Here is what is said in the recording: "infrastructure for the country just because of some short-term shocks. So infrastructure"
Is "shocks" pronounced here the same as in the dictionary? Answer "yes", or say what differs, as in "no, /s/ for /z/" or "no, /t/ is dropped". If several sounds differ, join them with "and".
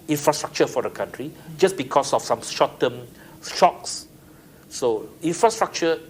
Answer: yes